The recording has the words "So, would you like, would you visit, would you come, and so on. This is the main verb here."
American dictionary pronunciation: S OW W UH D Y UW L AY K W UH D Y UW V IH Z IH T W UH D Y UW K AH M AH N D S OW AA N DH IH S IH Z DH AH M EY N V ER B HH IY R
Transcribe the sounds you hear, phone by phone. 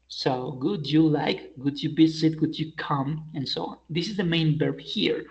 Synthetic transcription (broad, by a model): S OW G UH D Y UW L AY K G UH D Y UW B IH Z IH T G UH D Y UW K AH M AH N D S OW AA N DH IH S IH Z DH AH M EY N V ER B HH IY R